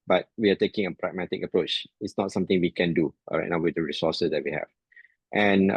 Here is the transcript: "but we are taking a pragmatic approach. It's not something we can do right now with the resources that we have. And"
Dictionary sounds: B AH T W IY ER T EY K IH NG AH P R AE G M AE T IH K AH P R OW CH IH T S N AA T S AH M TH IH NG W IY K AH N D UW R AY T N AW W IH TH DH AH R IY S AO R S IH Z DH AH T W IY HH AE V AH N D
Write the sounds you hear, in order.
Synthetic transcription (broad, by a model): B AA T W IY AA T EY K IH NG AH P R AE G M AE T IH K AH P R OW CH IH T S N AA T S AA M T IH NG W IY K AH N D UW R AY T N AW W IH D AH R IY S AO S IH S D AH T W IY HH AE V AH N